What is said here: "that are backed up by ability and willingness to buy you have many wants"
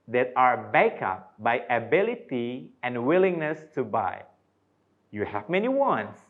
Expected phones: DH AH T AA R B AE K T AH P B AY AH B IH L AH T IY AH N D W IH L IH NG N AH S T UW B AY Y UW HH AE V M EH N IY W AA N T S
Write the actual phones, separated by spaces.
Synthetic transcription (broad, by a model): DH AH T AA R B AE K AH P B AY AH B IH L AH T IY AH N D W IH L IH NG N AH S T UW B AY Y UW HH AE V M EH N IY W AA N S